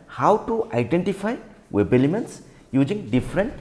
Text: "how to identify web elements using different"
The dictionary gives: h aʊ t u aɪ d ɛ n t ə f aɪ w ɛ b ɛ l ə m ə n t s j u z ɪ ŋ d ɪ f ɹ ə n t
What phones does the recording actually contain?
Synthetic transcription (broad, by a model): h aʊ t u aɪ d ɛ n t ə f aɪ w ɛ b ɛ l ə m ə n t s j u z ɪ ŋ d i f ɹ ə n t